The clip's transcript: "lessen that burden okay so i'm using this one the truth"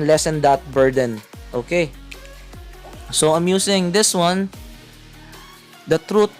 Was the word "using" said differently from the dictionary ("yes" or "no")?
yes